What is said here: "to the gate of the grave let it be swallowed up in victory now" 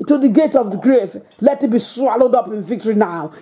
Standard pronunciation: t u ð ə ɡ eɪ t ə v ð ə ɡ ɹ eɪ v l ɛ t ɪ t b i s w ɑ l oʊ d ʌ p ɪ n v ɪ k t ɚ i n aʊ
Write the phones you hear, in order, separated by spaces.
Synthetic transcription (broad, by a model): t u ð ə ɡ eɪ t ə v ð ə ɡ ɹ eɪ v l ɛ t ɪ t b i s w ɑ l oʊ d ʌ p ɪ n v ɪ k t ɚ i n aʊ